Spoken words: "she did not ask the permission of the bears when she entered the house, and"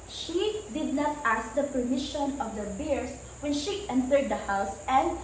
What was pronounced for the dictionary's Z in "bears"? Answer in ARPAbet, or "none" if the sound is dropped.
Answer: S